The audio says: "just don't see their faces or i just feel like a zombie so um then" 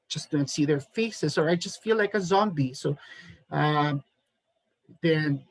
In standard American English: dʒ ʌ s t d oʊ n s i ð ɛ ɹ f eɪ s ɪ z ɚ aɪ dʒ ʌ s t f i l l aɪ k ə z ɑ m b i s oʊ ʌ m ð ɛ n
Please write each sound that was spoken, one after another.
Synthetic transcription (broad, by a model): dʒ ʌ s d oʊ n s i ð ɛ ɹ f eɪ s ɪ z ɚ aɪ dʒ ʌ s t f i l l aɪ k ə z ɑ m b i s oʊ ʌ m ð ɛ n